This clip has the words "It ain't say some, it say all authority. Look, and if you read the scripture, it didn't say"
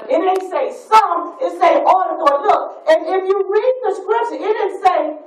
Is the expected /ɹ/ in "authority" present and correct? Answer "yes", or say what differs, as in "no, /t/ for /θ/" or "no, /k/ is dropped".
no, /ɹ/ is dropped